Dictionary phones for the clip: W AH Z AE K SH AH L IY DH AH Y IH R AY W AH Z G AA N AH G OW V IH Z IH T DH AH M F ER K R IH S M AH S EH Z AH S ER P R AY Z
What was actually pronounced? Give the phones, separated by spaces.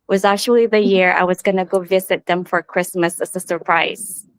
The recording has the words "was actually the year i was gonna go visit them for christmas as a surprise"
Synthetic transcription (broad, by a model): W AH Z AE K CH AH L IY DH AH Y IH R AY W AH Z G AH N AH G OW V IH Z IH T DH AH M F ER K R IH S M AH S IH S AH S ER P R AY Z